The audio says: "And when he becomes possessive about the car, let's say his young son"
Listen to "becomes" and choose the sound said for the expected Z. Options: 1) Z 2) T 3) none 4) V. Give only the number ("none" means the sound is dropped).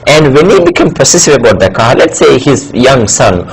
3